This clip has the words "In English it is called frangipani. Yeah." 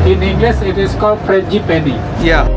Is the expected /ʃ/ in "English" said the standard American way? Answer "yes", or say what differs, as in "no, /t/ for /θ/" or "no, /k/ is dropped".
no, /s/ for /ʃ/